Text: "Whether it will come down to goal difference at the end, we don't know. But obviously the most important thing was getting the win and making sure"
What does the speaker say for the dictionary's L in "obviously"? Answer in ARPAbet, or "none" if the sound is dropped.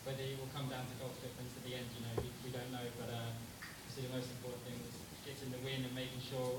none